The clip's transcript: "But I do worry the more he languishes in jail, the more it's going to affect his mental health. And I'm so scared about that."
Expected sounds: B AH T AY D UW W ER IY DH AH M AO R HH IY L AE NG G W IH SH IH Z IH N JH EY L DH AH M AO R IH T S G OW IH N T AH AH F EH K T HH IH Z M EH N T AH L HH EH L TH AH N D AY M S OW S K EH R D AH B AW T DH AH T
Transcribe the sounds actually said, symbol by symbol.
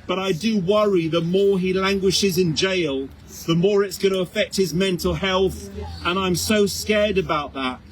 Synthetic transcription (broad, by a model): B AH T AY D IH W ER IY DH AH M AO R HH IY L AE NG G W IH SH IH Z IH N JH EY L DH AH M AO R IH T S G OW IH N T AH AH F EH K T HH IH Z M EH N T L HH EH L TH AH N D AY M S OW S K EH R D AH B AW T DH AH T